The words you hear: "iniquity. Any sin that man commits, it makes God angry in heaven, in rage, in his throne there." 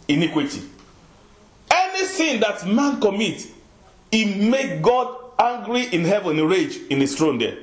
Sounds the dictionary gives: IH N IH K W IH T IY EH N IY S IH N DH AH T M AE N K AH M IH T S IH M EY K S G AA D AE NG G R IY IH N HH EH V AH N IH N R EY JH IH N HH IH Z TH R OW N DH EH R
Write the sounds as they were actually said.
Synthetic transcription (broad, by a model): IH N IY K W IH T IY EH N IY TH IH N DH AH T M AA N K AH M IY T IH M EY K G AA D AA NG G R IY IH N HH EH V AH N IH R EY JH IH N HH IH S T R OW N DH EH